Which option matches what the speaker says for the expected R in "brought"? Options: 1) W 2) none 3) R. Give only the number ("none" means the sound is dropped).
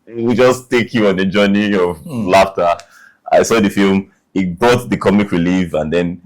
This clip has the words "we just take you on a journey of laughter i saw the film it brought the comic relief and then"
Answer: 2